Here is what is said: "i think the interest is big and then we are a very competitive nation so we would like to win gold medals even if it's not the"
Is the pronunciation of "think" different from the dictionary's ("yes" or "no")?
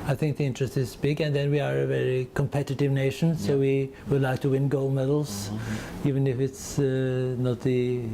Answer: no